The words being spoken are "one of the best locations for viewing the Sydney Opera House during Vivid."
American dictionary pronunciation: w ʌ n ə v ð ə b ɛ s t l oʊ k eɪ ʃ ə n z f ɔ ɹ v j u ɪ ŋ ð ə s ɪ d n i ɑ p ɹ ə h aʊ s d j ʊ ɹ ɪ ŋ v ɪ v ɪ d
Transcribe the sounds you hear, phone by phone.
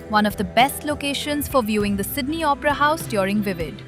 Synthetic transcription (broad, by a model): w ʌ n ə v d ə b ɛ s t l oʊ k eɪ ʃ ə n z f ɔ ɹ v j u ɪ ŋ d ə s ɪ d n i ɑ p ɹ ə h aʊ s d j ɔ ɹ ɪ ŋ v ɪ v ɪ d